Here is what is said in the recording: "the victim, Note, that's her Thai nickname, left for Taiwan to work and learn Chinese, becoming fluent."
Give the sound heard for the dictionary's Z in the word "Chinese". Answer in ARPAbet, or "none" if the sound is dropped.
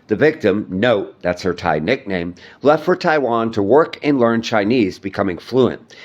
Z